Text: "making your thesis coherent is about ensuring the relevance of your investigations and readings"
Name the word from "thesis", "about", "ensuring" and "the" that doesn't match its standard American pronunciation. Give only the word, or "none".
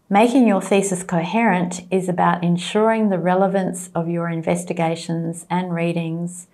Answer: none